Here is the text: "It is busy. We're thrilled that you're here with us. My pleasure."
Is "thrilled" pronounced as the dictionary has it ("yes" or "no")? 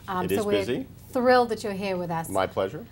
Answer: yes